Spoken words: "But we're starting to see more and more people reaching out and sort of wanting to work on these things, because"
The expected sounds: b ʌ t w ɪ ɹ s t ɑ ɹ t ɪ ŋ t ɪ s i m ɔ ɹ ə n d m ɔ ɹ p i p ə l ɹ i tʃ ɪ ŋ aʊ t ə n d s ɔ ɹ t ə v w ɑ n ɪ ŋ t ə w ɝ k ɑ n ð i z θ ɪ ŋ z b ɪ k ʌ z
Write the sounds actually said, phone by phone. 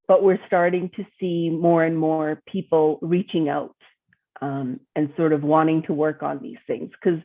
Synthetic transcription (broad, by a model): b ʌ t w ɪ ɹ s t ɑ ɹ t ɪ ŋ t ɪ s i m ɔ ɹ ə n m ɔ ɹ p i p l ɹ i tʃ ɪ ŋ aʊ t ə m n s ɔ ɹ t ə v w ɑ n ɪ ŋ t ə w ɝ k n ð i z θ ɪ ŋ z k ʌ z